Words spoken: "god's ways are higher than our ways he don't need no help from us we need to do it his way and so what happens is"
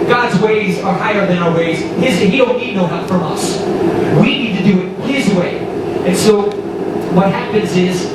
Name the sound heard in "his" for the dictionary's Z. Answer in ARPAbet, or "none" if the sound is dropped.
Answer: Z